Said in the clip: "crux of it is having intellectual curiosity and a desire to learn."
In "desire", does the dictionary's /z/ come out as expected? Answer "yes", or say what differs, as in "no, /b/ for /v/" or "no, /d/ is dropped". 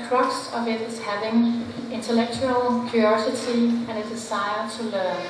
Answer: no, /s/ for /z/